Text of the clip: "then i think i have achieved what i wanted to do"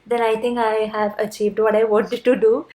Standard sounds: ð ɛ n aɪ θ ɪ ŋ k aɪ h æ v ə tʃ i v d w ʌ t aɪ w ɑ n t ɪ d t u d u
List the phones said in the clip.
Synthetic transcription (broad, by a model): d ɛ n aɪ t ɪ ŋ k aɪ h æ v ə tʃ i v d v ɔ t aɪ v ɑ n t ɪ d t u d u